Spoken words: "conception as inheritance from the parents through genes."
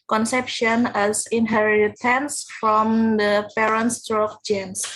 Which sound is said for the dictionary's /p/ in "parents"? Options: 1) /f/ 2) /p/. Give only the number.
2